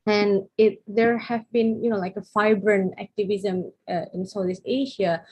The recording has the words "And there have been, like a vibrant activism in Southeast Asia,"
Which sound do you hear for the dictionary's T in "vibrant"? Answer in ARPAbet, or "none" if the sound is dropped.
none